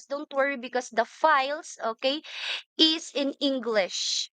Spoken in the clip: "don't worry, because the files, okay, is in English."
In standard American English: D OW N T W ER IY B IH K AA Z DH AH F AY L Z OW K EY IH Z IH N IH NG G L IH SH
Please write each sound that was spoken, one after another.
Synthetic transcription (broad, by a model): D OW N T W ER IY B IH K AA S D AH F AY L S OW K EY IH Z IH N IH NG G L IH SH